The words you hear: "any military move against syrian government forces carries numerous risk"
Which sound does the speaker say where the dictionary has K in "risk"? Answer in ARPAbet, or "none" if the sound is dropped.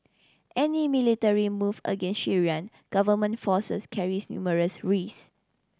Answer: none